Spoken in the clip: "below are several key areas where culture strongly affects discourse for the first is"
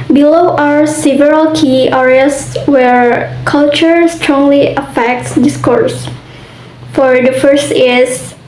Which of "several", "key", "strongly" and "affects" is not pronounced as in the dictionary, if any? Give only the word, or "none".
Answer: none